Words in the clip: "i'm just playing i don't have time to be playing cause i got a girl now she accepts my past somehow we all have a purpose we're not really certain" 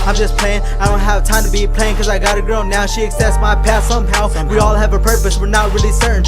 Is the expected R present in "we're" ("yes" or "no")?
yes